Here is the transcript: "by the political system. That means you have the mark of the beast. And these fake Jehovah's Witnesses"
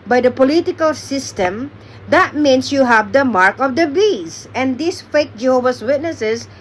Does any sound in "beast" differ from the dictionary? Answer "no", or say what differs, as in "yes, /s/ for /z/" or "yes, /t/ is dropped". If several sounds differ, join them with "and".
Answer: yes, /t/ is dropped